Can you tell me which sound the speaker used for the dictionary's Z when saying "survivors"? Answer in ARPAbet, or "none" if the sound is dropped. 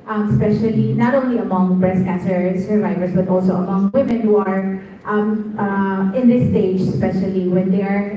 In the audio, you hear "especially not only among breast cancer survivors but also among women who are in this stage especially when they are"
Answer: S